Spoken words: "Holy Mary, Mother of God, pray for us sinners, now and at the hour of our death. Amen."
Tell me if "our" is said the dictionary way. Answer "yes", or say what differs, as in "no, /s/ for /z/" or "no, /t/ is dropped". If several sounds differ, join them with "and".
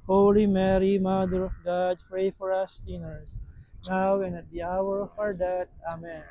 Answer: yes